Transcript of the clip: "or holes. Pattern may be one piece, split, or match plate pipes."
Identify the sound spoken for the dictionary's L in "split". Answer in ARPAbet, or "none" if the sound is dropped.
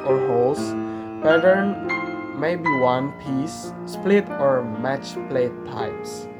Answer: L